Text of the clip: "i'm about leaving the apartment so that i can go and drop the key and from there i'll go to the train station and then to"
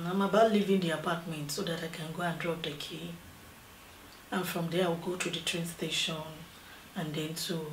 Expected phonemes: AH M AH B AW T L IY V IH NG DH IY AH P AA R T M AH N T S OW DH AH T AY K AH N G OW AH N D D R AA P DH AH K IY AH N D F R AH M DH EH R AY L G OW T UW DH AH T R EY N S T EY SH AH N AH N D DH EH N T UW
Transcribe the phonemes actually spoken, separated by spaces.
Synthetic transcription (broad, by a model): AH M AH B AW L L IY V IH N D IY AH P AA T M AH N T S OW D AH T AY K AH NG G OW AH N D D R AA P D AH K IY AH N F R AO M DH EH W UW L G OW T UW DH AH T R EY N S T EY SH AH N AH N D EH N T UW